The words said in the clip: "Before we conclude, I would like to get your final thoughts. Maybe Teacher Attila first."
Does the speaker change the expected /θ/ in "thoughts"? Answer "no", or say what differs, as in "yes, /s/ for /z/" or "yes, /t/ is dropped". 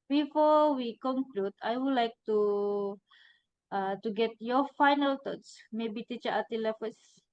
yes, /t/ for /θ/